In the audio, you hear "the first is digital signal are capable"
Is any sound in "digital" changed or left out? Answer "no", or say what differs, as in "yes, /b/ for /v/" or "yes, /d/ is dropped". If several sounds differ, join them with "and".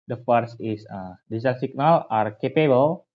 yes, /s/ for /t/